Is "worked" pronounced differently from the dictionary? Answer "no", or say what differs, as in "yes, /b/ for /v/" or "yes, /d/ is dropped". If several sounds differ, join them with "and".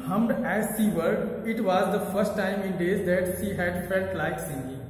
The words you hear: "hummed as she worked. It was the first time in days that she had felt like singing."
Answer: yes, /k/ is dropped